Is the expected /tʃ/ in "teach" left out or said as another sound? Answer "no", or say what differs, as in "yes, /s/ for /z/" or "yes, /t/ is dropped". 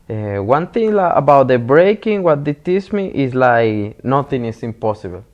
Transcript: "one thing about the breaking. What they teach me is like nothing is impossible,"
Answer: yes, /s/ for /tʃ/